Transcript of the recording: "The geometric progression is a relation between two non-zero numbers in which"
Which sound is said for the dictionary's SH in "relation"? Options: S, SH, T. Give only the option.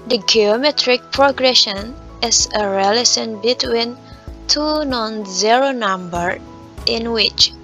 S